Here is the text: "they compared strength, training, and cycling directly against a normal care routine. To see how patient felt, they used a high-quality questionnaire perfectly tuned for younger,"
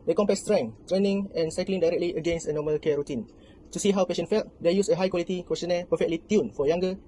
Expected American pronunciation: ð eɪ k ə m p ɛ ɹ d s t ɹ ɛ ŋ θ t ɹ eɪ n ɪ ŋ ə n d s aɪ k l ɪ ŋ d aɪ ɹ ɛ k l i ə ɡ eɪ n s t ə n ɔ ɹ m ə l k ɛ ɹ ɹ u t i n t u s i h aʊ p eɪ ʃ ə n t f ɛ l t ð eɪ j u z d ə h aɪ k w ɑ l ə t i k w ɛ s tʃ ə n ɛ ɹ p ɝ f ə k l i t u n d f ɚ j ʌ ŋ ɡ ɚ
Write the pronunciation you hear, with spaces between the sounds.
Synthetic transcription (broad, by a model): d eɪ k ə m p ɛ s t ɹ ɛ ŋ t ɹ eɪ n ɪ ŋ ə n s aɪ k l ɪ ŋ d aɪ ɹ ɛ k l i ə ɡ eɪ n s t ə n ɔ m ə l k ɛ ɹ ɹ u t i n t u s i h aʊ p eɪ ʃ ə n f ɛ l t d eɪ j u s ə h aɪ k w ɑ l ə t i k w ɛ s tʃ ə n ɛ p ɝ f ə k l i t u n f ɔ j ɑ ŋ ɡ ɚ